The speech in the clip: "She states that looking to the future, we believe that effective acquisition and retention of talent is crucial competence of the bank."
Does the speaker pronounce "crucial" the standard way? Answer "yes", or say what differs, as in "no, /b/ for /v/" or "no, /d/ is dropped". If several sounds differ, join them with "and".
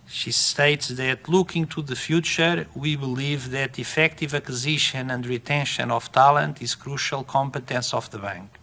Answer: yes